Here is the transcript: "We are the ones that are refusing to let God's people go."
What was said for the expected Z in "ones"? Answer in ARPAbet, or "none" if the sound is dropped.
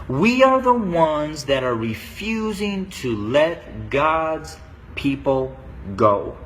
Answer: Z